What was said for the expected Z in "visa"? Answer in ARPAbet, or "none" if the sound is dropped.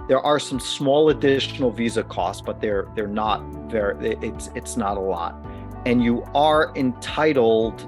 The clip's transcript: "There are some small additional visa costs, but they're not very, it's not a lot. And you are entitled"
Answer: Z